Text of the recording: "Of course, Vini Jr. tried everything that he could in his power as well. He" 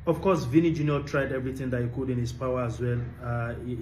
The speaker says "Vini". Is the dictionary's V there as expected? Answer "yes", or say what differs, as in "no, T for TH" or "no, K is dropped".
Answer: yes